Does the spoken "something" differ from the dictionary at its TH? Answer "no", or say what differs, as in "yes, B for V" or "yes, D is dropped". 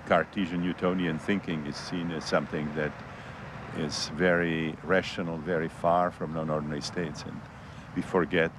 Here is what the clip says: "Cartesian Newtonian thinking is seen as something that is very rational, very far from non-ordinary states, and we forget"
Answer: no